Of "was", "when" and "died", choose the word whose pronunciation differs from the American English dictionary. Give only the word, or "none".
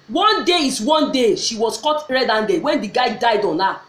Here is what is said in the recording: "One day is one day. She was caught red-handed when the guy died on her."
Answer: was